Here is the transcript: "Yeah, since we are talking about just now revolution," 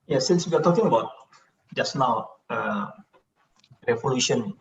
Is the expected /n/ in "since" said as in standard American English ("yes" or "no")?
yes